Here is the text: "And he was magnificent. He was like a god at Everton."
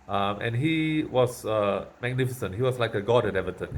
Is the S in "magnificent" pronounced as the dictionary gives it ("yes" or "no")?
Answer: yes